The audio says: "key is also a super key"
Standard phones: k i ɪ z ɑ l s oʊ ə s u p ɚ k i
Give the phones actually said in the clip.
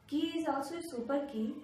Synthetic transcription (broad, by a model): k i ɪ z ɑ s ə s u p ɚ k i